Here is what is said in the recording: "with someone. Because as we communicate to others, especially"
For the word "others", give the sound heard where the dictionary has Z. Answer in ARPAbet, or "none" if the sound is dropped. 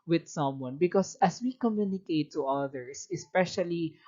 S